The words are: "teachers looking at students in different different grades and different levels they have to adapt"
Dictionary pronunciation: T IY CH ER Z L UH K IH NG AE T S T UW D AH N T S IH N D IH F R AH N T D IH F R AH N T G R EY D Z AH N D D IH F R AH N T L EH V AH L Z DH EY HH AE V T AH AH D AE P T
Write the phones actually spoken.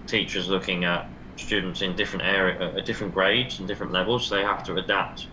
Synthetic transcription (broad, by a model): T IY CH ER Z L UH K IH NG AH T S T UW D N T S IH N D IH F R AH N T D IH F R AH N G R EY D Z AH N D D IH F R AH N T L EH V AH L Z DH EY HH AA F T AH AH D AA P T